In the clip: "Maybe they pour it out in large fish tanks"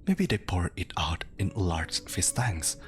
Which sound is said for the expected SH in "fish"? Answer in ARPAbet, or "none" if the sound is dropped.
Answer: S